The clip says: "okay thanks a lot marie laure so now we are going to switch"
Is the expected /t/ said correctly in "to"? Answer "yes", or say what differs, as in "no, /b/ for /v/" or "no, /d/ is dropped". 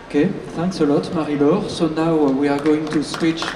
yes